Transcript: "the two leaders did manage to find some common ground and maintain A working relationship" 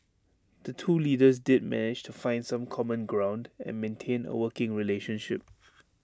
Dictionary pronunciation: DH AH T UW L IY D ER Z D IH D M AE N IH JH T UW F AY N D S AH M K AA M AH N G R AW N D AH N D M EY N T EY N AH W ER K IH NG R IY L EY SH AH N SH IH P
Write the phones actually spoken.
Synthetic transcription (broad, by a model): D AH T UW L IY D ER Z D IH D M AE N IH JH T UW F AY N D S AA M K AA M AH N G R AW N D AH N M EY N T EY N AH W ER K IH NG R IY L EY SH AH N SH IH P